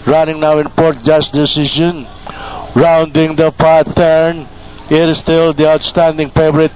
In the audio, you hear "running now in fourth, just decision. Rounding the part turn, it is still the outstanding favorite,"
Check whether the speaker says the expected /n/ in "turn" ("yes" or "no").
yes